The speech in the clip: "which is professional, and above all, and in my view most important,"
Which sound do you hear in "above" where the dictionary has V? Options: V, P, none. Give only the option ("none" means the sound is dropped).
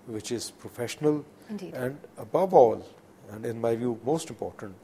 V